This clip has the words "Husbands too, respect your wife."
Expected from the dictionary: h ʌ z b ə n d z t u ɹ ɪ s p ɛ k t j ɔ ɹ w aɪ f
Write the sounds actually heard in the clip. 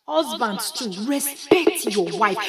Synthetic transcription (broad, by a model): h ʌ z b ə n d t u ɹ ɪ s p ɛ k t j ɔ w aɪ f